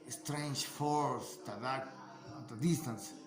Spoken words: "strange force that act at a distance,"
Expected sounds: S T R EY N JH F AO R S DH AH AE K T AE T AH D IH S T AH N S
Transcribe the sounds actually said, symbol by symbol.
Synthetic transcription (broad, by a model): S T R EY N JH F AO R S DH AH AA T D AH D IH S T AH N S